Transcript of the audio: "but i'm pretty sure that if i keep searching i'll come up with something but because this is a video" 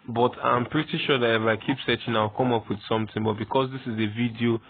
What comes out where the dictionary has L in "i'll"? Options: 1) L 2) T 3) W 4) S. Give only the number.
3